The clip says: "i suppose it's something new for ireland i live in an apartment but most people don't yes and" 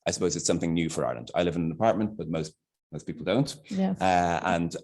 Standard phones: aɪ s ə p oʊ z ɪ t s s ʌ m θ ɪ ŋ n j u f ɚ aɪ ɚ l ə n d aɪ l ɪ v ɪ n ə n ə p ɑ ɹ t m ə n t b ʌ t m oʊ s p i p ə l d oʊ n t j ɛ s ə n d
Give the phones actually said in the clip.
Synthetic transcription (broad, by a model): aɪ s ə p oʊ z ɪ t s s ʌ m θ ɪ ŋ n j u f ɚ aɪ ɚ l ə n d aɪ l ɪ v ɪ n ə n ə p ɑ ɹ t m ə n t b ʌ t m oʊ s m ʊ p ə l d oʊ n t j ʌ ə n